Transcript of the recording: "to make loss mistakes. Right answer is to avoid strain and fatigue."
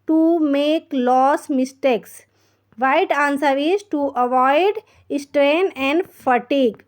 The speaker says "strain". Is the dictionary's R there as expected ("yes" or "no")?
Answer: yes